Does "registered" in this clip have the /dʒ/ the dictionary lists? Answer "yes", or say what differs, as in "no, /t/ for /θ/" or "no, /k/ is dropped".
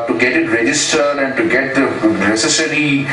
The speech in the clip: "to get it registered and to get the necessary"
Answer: yes